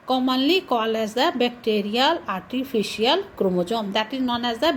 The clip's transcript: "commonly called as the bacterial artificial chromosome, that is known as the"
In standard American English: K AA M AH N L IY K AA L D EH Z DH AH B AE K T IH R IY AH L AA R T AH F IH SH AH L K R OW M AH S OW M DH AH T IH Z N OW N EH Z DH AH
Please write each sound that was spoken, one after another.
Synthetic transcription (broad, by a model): K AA M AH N L IY K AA L EH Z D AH B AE K T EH R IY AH L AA R T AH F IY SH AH L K R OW M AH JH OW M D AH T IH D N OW N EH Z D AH